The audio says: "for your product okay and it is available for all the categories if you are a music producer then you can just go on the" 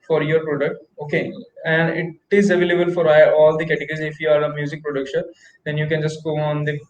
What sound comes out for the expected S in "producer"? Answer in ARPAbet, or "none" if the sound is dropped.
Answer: SH